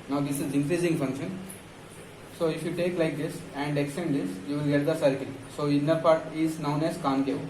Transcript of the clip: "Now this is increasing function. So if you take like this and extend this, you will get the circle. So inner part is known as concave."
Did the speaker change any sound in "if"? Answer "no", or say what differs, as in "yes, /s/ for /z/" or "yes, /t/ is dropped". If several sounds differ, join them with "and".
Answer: no